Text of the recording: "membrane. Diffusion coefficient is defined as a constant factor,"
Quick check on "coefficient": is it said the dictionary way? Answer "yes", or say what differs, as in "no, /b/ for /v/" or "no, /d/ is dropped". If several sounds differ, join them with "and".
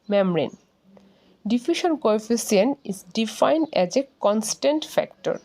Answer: no, /s/ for /ʃ/ and /t/ is dropped